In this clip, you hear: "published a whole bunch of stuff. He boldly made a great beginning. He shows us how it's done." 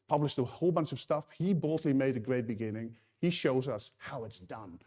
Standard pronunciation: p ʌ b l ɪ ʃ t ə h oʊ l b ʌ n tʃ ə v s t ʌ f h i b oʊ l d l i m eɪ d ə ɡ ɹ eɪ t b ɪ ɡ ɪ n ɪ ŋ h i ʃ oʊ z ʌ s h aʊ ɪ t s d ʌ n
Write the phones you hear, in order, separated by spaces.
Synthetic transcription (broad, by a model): p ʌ b l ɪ ʃ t ə h oʊ l b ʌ n s ə v s t ʌ f h i b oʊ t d l i m eɪ d ə ɡ ɹ eɪ t b ɪ ɡ ɪ n ɪ ŋ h i ʃ oʊ z ʌ s h aʊ ɪ t s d ʌ n